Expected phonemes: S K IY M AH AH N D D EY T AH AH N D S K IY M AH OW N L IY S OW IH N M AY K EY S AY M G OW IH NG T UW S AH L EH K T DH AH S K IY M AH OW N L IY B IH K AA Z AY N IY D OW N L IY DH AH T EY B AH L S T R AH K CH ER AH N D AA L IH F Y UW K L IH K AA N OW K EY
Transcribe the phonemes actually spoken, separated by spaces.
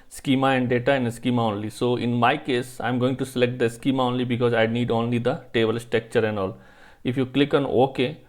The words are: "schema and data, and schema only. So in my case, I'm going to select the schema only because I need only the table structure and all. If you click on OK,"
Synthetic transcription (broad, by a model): S K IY M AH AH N D D EY T AH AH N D S K IY M AH OW N L IY S OW IH N M AY K EY S AY M G OW IH NG T UW S AH L EH K T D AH S K IY M AH OW N L IY B IH K AA Z AY N IY D OW N L IY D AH T EY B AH L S T EH K CH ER AH N D AA L IH F Y UW K L IH K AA N OW K EY